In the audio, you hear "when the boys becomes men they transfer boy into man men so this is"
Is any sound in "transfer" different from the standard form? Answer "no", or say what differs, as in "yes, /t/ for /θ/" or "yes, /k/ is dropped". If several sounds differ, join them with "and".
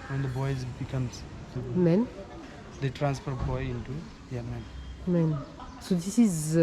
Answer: no